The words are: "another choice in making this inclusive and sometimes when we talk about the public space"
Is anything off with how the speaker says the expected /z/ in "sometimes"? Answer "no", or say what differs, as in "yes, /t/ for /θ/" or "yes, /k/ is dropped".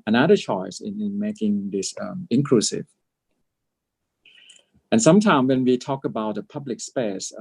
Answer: yes, /z/ is dropped